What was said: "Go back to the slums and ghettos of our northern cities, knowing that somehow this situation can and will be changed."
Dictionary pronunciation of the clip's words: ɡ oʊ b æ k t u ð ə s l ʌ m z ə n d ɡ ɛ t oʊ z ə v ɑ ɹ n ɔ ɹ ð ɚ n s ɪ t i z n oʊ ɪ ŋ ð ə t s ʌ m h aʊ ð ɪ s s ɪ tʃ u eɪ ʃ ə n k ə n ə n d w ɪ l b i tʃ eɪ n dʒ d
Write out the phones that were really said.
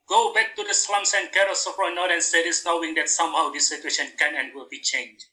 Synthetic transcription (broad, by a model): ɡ oʊ b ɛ k t u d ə s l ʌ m s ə n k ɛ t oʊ s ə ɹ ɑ n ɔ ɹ ɚ n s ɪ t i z n oʊ ɪ ŋ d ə t s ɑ m h aʊ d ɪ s s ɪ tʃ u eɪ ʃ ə n k ə n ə n w ɪ l b i tʃ eɪ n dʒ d